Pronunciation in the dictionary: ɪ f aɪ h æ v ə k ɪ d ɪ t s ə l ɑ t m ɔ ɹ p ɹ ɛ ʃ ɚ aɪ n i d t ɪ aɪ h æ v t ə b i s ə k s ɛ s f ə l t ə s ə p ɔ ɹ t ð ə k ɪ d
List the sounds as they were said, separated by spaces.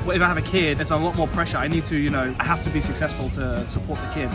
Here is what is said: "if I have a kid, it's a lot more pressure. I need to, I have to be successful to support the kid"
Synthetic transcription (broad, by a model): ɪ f aɪ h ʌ v ə k ɪ d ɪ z ə l ɑ t m ɔ ɹ p ɹ ɛ ʃ ɚ aɪ n i d t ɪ aɪ h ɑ f t ə b i s ə k s ɛ s f ə l t ə s ə p ɔ ɹ t ð ə k ɪ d